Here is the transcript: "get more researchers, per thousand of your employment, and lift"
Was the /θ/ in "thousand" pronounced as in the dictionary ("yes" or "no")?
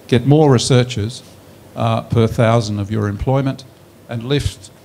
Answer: yes